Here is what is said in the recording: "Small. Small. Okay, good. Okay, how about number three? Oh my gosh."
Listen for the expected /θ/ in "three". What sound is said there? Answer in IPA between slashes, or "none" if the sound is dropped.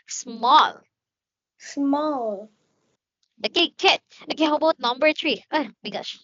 /t/